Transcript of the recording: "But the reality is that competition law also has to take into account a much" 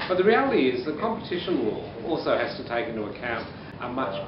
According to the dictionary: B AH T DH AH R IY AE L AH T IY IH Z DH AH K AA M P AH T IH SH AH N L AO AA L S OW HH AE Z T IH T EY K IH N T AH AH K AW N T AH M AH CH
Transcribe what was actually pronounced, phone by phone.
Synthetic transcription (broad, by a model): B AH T DH AH R IY AE L AH T IY IH Z DH AH K AA M P AH T IH SH AH N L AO AA L S OW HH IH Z T IH T EY K IH N T AH AH K AW N T AH M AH CH